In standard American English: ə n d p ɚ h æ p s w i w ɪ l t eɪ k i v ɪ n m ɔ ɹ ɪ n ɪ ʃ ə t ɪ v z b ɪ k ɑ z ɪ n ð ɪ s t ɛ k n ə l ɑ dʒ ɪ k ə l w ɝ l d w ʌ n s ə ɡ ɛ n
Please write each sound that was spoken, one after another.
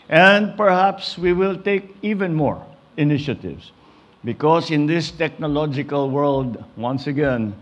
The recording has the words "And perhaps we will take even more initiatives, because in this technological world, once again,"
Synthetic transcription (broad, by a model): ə n d p ɚ h æ p s w i w ɪ l t eɪ k i v ɪ n m ɔ ɹ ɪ n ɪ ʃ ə t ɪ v s b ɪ k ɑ s ɪ n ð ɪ s t ɛ k n ə l ɑ dʒ ɪ k ə l w ɝ l d w ʌ n s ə ɡ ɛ n